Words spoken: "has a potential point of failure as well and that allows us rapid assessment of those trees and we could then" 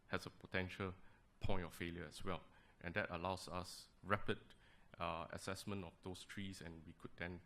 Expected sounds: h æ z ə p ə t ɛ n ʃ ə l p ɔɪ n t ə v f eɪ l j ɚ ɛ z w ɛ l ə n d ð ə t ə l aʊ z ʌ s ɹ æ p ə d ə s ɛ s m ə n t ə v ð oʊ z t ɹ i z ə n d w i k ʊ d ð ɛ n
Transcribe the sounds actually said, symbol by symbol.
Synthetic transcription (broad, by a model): h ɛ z ə p ə t ɛ n ʃ ə l p ɔɪ n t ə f eɪ l j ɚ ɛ s w ɛ l ə n d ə t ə l aʊ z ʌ s ɹ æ p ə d ə s ɛ s m ə n t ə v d oʊ s t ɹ i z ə n w i k ʊ d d ɛ n